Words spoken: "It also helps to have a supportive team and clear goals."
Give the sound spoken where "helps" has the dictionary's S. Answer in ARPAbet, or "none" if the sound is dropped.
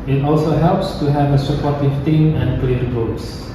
S